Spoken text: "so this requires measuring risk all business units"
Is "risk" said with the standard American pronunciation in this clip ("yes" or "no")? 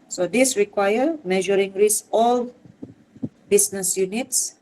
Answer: no